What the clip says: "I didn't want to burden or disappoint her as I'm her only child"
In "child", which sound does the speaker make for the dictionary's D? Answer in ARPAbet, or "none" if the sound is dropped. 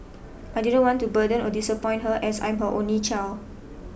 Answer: none